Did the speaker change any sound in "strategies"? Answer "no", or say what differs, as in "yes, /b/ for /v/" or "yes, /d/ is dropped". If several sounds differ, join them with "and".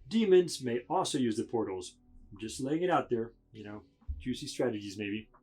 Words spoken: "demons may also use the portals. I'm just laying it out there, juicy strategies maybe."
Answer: no